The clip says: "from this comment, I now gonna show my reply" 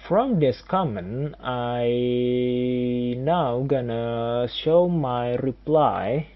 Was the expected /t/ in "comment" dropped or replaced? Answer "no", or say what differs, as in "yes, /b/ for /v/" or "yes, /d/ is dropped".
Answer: yes, /t/ is dropped